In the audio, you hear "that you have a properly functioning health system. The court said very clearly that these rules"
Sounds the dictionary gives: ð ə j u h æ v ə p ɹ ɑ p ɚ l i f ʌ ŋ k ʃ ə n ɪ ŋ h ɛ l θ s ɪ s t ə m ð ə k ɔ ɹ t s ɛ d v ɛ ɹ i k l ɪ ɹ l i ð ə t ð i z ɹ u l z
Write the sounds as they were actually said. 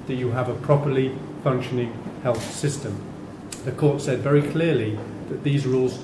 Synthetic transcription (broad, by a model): ð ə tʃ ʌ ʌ v ə p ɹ ɑ p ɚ l i f ʌ ŋ k ʃ ə n ɪ ŋ h ɛ l θ s ɪ s t ə m ð ə k ɔ ɹ t s ɛ d v ɛ ɹ i k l ɪ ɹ l i ð ə t ð i z ɹ u l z